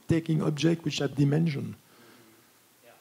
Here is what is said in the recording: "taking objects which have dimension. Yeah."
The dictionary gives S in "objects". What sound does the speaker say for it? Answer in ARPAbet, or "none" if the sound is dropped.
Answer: none